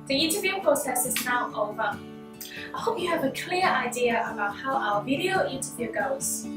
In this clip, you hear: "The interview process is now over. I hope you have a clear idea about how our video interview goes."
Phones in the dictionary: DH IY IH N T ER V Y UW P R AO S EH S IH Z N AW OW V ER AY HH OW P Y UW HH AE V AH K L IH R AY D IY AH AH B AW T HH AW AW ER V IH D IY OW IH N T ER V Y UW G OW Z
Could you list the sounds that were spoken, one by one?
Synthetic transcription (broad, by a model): DH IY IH N T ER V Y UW P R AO S EH S IH Z N AW OW V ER AY HH OW P Y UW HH V AH K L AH R AY D IY AH AH B AW T HH AW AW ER V IH D IY OW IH N T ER V Y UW G OW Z